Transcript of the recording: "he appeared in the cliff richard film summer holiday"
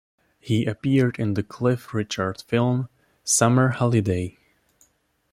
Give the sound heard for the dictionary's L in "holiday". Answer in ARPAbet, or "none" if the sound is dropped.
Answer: L